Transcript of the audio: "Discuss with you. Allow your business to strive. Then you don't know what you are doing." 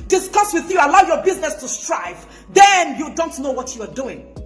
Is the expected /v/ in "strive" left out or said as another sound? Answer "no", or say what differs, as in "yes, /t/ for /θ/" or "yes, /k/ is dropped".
no